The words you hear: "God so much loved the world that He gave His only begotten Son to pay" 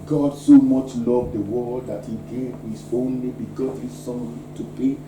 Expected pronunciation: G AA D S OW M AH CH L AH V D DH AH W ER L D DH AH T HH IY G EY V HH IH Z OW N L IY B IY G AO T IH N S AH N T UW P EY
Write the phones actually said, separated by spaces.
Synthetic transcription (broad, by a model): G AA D S OW M AH CH L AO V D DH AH W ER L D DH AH T HH IY G EY V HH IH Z OW N L IY B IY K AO S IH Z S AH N T UW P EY